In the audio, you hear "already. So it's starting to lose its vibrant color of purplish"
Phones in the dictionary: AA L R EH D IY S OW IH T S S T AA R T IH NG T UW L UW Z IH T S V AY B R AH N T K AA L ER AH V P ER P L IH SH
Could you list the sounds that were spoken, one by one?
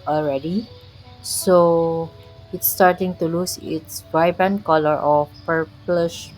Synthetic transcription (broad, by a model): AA L R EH D IY S OW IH T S S T AA R T IH NG T UW L UW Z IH T S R AY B AH N K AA L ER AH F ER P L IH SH